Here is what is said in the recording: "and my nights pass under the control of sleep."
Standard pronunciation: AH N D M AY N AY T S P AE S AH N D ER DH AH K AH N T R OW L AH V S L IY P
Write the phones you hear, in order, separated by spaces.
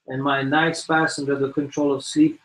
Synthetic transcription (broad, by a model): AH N M AY N AY T S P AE S AH N D ER DH AH K AH N T R OW L AH V S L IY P